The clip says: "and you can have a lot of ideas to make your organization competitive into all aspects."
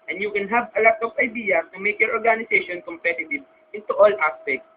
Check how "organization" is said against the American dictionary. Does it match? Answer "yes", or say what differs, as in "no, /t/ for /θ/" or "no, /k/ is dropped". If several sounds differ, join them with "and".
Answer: no, /s/ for /z/